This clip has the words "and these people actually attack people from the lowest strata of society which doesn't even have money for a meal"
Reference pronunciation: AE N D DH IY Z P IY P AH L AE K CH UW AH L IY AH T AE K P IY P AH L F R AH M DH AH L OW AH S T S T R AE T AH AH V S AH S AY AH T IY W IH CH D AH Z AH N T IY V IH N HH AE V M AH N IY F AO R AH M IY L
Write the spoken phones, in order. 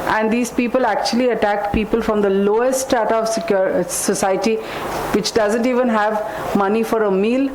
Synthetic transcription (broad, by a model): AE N D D IY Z P IY P AH L AE K CH UW AH L IY AH T AE K P IY P AH L F R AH M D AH L OW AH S S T AE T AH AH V S AH S AY AH T IY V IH CH D AH Z AH N T IY V IH N HH AE V M AH N IY F AO R AH M IY L